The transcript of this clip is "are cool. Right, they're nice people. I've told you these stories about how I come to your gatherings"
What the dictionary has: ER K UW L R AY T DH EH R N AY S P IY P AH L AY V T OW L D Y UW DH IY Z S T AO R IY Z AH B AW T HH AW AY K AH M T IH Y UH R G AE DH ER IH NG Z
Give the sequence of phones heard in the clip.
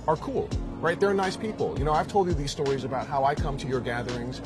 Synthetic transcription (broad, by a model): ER K UW L R AY T DH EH R N AY S P IY P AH N AY V T OW L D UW DH IY Z S T AO R IY Z AH B AW T HH AW AY K AH M T IH Y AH R G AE DH ER IH NG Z